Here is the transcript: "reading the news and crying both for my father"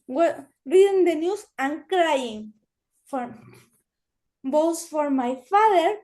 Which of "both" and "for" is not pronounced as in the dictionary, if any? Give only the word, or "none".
both